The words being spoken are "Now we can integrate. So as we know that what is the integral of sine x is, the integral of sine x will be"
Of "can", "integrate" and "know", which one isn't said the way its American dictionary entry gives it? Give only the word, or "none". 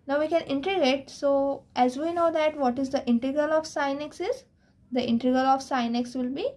integrate